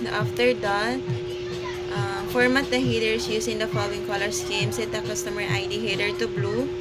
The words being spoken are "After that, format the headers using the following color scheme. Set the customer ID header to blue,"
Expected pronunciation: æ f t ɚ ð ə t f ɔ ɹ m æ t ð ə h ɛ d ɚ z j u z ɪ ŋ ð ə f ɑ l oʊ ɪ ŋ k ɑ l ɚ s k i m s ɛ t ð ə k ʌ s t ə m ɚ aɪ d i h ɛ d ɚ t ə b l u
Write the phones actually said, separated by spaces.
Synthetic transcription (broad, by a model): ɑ f t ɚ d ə t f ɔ ɹ m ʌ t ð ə h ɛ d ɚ s j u s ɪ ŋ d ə f ɑ l oʊ ɪ ŋ k ɑ l ɚ s k i m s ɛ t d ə k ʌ s t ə m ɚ aɪ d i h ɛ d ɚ t ə b l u